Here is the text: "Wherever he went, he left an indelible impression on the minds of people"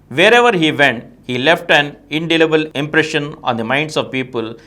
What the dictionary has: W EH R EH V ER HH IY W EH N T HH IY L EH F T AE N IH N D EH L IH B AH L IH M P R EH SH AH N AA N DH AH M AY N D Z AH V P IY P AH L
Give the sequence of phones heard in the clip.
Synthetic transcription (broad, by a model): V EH R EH V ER HH IY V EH N T HH IY L EH F T AE N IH N D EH L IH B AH L IH M P R EH SH AH N AA N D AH M AY N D S AH V P IY P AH L